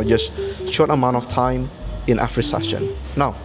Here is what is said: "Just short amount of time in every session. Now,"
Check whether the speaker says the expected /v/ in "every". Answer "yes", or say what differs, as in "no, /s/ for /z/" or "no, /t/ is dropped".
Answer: no, /f/ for /v/